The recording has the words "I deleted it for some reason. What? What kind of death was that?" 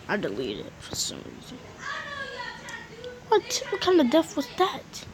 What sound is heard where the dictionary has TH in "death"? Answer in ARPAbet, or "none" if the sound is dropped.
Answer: F